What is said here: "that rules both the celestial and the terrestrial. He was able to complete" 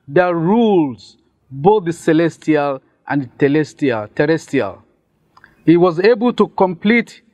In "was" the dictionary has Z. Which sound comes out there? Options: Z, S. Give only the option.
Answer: Z